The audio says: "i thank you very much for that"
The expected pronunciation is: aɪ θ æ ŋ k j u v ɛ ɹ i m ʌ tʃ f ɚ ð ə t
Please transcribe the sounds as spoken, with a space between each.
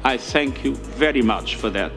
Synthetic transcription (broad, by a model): aɪ θ æ ŋ k j u v ɛ ɹ i m ʌ tʃ f ɚ ð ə t